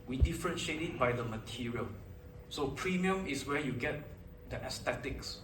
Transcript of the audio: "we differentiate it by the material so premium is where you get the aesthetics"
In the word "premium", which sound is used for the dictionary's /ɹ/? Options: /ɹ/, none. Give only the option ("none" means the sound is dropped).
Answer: /ɹ/